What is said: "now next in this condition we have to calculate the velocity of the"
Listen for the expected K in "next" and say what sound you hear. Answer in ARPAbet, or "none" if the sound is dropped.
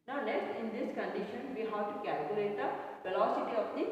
none